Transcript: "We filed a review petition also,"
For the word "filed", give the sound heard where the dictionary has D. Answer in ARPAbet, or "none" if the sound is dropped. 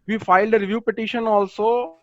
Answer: D